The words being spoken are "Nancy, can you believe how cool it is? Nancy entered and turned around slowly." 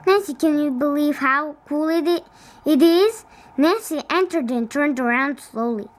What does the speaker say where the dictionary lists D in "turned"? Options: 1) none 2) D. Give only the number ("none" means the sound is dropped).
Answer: 2